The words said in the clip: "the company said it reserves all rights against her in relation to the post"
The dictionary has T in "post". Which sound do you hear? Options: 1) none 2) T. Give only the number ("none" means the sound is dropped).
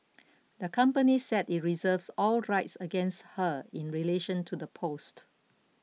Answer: 2